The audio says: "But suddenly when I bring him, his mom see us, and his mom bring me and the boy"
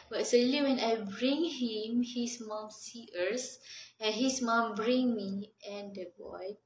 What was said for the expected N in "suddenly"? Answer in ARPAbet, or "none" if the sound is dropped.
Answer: none